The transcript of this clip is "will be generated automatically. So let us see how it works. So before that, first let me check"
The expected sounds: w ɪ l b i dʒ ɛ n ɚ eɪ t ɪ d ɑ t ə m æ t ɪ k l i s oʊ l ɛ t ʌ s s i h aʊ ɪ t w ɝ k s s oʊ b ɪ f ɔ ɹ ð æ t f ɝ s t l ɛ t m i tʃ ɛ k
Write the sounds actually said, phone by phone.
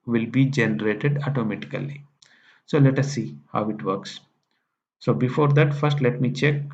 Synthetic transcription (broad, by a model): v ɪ l b i dʒ ɛ n ɚ eɪ t ɪ d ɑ t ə m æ t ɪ k l i s oʊ l ɛ t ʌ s s i h aʊ ɪ t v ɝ k s s oʊ b ɪ f ɔ ɹ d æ t f ɝ s t l ɛ t m i tʃ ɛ k